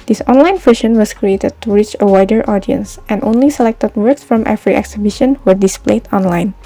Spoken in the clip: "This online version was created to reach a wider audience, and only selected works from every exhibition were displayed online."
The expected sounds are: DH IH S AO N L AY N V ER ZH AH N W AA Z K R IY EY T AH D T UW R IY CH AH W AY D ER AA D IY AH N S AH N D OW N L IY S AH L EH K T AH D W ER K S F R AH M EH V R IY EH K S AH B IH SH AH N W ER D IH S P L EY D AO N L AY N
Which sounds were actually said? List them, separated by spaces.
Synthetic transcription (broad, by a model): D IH S AO N L AY N F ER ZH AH N W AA S K R IY EY T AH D T UW R IY CH AH W AY D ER AA D IY AH N S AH N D OW N L IY S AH L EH K T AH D W ER K S F R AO M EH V R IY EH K S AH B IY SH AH N W ER D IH S P L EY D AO N L AY N